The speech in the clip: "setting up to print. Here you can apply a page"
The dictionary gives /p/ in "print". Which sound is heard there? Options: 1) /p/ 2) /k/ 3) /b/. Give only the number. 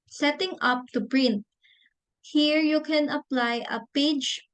3